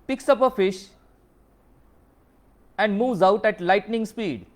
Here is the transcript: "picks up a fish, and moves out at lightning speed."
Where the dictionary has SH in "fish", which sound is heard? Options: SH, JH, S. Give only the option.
SH